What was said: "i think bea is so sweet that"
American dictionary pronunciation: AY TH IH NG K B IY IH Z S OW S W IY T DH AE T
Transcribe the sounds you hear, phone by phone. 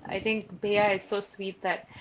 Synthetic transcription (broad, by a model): AY T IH NG K B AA IH Z S OW S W IY T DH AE T